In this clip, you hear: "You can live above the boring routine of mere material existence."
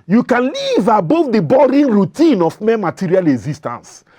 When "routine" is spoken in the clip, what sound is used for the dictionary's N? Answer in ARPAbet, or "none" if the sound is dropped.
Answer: N